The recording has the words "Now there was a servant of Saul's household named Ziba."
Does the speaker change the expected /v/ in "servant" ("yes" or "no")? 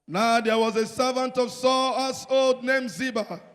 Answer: no